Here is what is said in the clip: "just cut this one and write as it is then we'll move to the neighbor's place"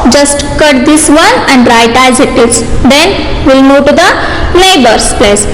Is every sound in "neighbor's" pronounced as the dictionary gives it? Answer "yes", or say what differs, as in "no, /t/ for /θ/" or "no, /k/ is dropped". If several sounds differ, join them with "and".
no, /l/ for /n/ and /s/ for /z/